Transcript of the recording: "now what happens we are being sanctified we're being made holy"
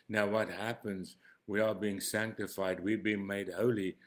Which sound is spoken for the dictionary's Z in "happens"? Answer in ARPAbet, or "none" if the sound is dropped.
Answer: Z